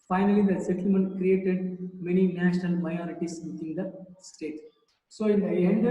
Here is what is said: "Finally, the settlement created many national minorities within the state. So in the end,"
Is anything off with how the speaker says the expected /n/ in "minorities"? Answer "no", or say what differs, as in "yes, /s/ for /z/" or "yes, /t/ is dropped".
yes, /n/ is dropped